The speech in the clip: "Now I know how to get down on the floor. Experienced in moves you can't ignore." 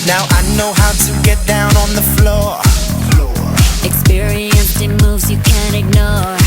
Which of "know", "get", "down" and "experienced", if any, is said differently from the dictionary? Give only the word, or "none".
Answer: experienced